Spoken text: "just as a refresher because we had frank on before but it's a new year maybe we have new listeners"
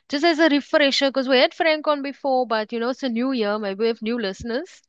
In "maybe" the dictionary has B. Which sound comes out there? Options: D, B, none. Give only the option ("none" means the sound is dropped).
none